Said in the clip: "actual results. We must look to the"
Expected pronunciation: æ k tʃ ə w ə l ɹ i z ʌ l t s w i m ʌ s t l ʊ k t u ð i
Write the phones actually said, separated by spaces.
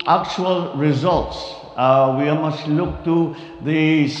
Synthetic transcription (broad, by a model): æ k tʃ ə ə l ɹ i z ʌ l t s w i m ʌ s t l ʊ k t u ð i